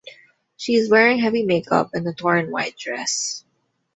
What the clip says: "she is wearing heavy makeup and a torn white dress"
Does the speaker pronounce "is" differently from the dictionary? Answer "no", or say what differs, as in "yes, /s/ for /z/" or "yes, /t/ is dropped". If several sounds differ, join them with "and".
no